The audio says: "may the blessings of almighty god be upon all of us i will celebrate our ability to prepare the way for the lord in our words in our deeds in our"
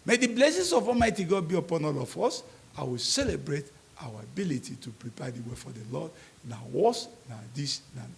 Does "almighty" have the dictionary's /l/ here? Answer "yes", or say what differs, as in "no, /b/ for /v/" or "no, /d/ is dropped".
no, /l/ is dropped